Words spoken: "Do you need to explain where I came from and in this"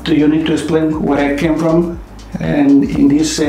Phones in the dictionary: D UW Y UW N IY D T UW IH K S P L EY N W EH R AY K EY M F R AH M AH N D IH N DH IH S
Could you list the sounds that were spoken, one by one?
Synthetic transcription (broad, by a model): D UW Y UW N IY D T UW IH K S P L EY N W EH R AY K EY M F R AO M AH N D IH N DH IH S